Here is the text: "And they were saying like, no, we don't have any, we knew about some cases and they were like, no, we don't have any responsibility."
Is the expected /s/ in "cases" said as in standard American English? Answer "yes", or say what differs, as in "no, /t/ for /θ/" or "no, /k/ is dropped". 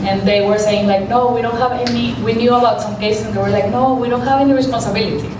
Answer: no, /s/ is dropped